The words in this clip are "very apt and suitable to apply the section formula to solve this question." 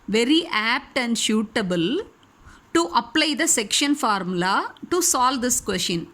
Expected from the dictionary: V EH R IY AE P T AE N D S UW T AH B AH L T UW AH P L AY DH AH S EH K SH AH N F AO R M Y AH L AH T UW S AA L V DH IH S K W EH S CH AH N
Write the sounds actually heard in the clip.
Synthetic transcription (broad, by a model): V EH R IY AE P T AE N D SH UW T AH B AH L T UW AH P L AY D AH S EH K SH AH N F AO R M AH L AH T UW S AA L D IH S K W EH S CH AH N